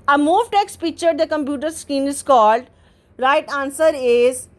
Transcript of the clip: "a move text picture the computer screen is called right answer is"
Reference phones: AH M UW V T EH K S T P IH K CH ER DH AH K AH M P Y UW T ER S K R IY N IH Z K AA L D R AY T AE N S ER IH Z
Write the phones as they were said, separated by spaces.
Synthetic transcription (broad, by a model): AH M UW V T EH K S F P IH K CH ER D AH K AH M P Y UW T ER S K IY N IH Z K AA L D R AY T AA N S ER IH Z